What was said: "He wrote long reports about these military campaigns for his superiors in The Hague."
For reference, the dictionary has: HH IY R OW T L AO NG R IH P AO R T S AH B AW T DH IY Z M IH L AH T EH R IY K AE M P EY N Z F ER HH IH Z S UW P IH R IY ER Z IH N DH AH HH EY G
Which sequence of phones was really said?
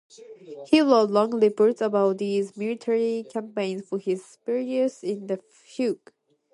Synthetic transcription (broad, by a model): HH IY L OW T L AO NG L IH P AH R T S AH B AW T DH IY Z M IH L AH T EH R IY K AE M P EY N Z F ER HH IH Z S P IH R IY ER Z IH N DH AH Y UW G